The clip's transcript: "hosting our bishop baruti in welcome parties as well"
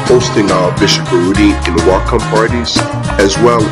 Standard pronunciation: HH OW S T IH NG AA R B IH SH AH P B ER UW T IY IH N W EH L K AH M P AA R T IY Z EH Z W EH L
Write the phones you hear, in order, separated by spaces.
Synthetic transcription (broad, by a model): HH OW S T IH NG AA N B IH SH AH P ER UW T IY IH N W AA K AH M P AA R T IY Z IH Z W EH L